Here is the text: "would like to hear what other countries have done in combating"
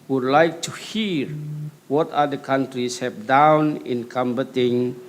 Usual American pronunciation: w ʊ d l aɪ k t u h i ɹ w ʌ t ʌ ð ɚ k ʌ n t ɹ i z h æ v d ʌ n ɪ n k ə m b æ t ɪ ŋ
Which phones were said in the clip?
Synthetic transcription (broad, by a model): w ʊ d l aɪ k t u h i ɹ w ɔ t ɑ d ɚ k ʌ n t ɹ i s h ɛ p d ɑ n ɪ n k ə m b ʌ t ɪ ŋ